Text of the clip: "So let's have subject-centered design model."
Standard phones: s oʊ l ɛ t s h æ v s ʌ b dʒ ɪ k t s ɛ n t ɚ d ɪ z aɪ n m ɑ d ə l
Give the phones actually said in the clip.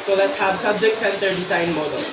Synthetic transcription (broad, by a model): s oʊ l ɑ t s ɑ b s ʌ b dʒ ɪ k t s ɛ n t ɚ d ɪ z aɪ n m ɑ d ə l